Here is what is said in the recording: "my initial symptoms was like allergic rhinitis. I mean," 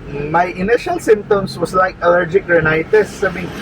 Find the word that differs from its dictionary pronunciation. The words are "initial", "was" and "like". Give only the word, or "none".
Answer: was